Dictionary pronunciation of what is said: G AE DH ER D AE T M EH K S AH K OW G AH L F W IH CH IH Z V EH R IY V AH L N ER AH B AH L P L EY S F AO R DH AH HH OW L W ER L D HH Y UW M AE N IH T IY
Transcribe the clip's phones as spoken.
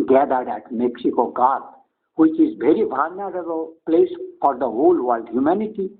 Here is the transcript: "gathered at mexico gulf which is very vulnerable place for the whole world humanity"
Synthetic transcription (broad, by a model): G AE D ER D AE T M EH K S AH K OW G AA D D W IH CH IH Z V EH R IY B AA N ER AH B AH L P L EY S F AO R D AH HH OW L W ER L D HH Y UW M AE N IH T IY